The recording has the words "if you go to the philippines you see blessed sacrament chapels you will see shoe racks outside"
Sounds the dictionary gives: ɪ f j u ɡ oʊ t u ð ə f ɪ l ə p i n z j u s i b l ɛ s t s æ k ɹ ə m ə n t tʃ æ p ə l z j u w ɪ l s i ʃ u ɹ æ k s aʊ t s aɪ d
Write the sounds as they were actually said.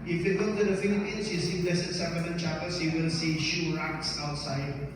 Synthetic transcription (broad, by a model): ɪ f j u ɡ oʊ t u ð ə f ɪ l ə p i n s j u s i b l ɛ s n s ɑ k ə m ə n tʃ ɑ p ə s j u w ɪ l s i ʃ u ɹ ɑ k s aʊ t s aɪ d